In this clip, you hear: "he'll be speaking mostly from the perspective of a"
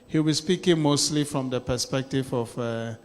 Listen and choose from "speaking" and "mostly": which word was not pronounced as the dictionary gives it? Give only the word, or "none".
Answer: none